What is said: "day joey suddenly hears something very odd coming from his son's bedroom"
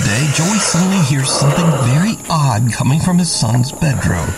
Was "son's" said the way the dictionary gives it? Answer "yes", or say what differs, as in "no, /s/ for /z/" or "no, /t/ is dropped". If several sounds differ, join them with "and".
yes